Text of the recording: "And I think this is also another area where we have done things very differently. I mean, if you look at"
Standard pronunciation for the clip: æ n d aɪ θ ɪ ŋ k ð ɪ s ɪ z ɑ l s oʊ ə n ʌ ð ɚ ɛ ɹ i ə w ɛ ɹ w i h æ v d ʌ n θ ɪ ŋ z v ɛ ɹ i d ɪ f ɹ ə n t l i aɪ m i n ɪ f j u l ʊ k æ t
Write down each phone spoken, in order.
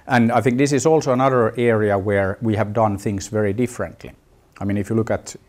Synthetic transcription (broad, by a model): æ n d aɪ θ ɪ ŋ k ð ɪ s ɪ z ɑ l s oʊ ə n ʌ ð ɚ ɛ ɹ i ə w ɛ ɹ w i h æ v d ʌ n θ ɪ ŋ s v ɛ ɹ i d ɪ f ɹ ə n t l i aɪ m i n ɪ f j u l ʊ k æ t